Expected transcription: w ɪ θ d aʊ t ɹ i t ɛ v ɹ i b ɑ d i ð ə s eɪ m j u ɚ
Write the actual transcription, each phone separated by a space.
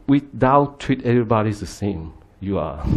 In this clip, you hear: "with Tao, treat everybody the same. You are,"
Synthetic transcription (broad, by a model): w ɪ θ d aʊ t w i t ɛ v ɹ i b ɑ d i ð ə s eɪ m j u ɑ